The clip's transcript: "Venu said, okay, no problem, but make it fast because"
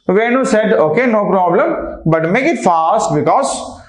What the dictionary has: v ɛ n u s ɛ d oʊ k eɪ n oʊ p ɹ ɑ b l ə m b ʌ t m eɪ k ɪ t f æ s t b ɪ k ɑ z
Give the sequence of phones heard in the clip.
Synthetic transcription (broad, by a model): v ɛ n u s ɛ d oʊ k eɪ n oʊ p ɹ ɑ b l ə m b ʌ t m eɪ k ɪ t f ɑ s t b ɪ k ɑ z